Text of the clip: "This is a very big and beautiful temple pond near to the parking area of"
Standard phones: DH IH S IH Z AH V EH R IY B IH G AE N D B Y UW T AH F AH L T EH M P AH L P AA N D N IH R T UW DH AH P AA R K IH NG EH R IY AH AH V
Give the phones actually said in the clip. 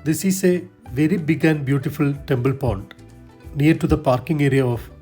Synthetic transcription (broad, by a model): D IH S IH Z AH V EH R IY B IH G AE N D B Y UW T AH F AH L T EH M B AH L P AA N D N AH R T UW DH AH P AA R K IH NG EH R IY AH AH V